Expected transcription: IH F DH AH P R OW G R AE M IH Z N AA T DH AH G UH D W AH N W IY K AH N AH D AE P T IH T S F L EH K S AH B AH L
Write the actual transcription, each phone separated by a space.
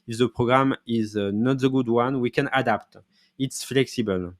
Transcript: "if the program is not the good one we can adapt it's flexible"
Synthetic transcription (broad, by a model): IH F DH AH P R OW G R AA M IH Z N AA T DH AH G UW D W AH N W IY K AH N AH D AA P T IH T S F L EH K S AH B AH L